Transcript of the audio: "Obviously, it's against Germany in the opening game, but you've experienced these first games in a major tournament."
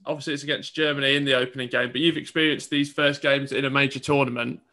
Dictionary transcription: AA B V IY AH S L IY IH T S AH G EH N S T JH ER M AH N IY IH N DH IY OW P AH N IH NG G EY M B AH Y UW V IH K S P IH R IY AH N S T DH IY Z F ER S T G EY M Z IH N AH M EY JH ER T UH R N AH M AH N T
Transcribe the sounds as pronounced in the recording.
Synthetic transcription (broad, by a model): AA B V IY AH S L IY IH T S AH G EH N S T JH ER M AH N IY IH N DH IY OW P AH N IH NG G EY M B AH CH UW V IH K S P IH R IY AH N S DH IY Z F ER S G EY M Z IH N AH M EY JH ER T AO N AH M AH N T